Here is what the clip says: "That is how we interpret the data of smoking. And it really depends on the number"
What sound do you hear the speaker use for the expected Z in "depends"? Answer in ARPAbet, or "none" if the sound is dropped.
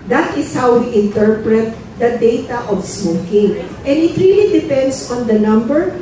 S